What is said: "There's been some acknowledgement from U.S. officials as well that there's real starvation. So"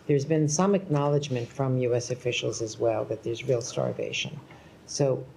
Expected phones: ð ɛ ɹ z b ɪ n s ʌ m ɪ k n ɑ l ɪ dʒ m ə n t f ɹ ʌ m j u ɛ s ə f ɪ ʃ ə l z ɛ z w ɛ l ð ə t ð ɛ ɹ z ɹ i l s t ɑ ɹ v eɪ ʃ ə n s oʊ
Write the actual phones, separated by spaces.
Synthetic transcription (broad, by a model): ð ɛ ɹ z b ɪ n s ʌ m ɪ k n ɑ l ɪ dʒ m ə n t f ɹ ʌ m j u ɛ s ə f ɪ ʃ l z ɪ z w ɛ l ð ə t ð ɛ ɹ z ɹ i l s t ɑ ɹ v eɪ ʃ ə n s oʊ